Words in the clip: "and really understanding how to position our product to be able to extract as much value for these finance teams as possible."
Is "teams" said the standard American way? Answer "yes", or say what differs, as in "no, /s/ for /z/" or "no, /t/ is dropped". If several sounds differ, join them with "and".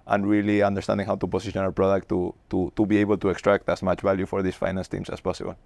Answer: no, /s/ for /z/